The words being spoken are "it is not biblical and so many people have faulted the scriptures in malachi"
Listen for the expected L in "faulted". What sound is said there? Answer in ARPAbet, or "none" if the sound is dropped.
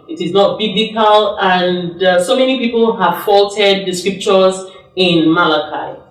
L